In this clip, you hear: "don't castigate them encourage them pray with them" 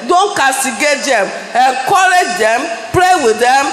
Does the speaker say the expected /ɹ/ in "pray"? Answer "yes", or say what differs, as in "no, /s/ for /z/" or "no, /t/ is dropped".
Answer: no, /l/ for /ɹ/